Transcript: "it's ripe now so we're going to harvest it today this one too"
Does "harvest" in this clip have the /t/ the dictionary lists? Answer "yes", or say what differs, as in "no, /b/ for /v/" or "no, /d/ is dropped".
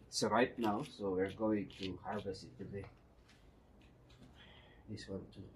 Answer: no, /t/ is dropped